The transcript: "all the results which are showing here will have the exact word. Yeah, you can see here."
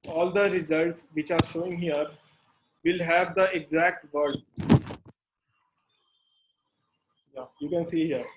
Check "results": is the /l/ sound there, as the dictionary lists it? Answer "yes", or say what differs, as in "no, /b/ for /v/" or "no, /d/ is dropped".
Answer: yes